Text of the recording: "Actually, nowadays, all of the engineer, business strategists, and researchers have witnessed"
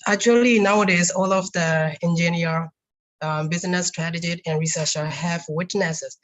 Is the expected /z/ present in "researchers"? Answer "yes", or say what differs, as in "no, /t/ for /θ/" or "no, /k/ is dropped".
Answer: no, /z/ is dropped